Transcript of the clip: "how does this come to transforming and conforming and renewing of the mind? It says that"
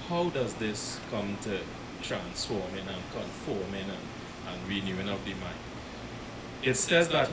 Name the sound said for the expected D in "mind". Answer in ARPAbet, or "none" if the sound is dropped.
none